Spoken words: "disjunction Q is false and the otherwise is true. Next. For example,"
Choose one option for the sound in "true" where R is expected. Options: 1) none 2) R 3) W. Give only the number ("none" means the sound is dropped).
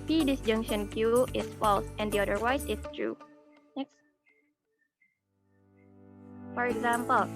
2